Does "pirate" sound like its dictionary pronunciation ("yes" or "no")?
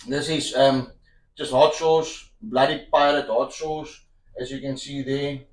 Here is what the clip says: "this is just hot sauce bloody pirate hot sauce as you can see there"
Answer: no